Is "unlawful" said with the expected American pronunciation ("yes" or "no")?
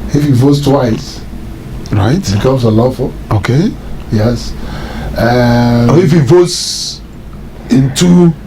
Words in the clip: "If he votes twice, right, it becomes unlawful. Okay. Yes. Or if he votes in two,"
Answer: no